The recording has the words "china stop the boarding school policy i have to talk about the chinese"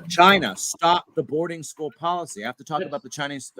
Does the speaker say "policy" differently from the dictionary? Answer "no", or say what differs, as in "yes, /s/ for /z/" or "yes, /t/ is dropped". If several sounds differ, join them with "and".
no